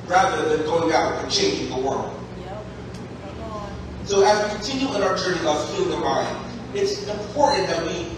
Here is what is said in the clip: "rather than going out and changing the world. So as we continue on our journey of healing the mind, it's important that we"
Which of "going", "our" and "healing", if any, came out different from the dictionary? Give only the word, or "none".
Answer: healing